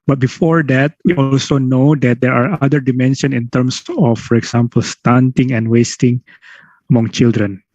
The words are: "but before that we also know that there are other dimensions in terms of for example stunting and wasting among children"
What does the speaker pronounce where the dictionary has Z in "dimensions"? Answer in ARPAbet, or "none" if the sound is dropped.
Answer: none